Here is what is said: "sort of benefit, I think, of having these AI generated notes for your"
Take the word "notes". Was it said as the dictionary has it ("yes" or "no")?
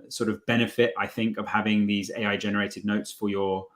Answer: yes